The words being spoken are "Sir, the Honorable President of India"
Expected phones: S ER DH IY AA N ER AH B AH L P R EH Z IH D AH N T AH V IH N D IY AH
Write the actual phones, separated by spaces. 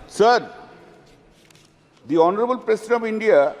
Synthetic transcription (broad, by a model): S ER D IY AA N ER AH B AH L P R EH S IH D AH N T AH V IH N D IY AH